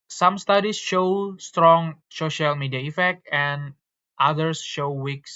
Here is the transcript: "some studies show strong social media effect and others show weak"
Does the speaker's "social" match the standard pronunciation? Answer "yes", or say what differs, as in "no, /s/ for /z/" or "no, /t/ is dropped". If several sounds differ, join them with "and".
yes